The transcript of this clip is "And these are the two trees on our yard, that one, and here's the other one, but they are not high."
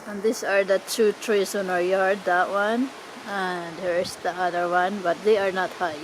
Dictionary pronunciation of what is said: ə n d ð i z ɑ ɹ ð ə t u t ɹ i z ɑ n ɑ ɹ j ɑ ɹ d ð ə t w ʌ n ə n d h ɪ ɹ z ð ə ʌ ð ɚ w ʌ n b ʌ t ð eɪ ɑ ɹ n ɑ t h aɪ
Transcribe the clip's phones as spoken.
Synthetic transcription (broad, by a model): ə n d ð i s ɑ ɹ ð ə t u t ɹ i s ɑ n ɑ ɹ j ɑ ɹ d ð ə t w ʌ n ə n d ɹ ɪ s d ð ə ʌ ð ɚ w ʌ n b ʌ t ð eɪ ɑ ɹ n ɑ t h aɪ